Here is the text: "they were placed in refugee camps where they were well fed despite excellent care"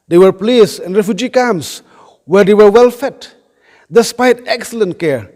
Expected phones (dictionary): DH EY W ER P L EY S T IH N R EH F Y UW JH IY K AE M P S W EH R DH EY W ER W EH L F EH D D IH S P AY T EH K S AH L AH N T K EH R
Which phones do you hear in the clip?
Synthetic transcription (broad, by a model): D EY W ER P L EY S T IH N R EH F Y UW JH IY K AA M S W EH R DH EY W ER W EH L F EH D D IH S P AY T EH K S AH L AH N T K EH R